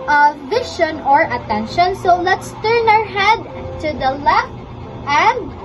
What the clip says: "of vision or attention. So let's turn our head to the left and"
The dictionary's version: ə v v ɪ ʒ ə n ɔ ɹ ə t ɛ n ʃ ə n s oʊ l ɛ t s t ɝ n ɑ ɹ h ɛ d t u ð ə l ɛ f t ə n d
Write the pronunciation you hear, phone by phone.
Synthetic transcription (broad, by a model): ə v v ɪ ʃ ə n ɔ ɹ ə t ɛ n ʃ ə n s oʊ l ɛ t s t ɝ n ɑ ɹ h ɛ d t u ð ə l ɛ f t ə n d